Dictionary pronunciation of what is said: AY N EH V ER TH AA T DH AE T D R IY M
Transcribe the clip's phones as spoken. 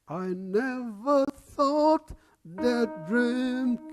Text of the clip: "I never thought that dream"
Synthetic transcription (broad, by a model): AY N EH V ER TH AA T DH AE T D R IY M